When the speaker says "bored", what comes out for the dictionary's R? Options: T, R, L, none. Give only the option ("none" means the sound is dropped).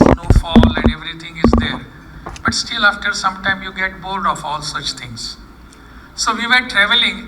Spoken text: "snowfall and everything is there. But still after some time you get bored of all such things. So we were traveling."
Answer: L